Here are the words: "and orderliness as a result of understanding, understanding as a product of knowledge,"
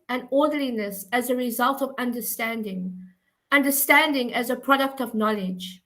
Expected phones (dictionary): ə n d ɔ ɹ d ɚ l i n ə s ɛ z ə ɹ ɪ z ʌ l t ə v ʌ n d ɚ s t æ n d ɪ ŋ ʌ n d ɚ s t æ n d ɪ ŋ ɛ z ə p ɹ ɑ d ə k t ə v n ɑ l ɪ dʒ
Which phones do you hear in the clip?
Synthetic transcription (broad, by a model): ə n ɔ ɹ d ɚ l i n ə s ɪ z ə ɹ ɪ z ʌ l t ə v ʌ n d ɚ s t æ n d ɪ ŋ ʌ n d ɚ s t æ n d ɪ ŋ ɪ z ə p ɹ ɑ d ə k t ə v n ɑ l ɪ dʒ